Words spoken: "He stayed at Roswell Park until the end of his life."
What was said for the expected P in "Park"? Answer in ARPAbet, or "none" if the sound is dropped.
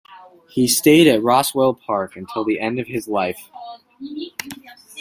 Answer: P